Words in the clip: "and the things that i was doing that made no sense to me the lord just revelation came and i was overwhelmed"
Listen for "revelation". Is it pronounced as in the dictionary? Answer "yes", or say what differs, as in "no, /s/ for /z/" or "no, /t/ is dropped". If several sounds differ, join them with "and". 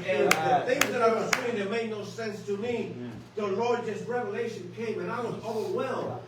yes